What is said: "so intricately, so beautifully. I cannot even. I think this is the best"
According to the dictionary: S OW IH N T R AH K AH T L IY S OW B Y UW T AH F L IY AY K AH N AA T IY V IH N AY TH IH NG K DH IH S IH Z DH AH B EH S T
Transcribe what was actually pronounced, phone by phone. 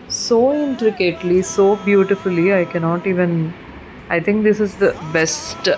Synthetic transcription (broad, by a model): S OW IH N T R AH K AH T L IY S OW B Y UW T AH F L IY AY K AH N AA T IY V IH N AY T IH NG K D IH S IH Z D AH B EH S T